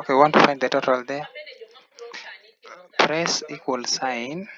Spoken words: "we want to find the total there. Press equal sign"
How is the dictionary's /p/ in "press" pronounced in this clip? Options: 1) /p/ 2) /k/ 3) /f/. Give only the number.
1